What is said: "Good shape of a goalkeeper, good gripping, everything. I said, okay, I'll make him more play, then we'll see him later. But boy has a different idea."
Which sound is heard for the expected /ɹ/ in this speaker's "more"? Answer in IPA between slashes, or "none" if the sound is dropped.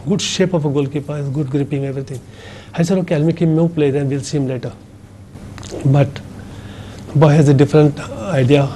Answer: /w/